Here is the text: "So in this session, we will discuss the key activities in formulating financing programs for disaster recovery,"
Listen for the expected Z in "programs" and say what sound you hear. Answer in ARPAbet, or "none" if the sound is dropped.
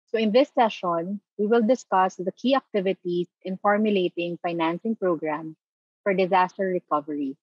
none